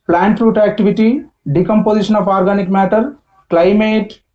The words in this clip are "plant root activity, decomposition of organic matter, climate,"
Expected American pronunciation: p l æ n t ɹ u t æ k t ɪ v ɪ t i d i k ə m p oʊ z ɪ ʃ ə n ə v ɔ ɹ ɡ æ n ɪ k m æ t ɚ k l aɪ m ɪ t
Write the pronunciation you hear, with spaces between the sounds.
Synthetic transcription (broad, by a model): p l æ n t ɹ u t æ k t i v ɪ t i d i k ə m p oʊ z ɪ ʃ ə n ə p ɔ ɹ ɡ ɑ n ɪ k m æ t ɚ k l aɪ m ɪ t